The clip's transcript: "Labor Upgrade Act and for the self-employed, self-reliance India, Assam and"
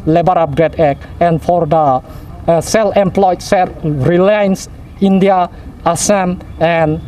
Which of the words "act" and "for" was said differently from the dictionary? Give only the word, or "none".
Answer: act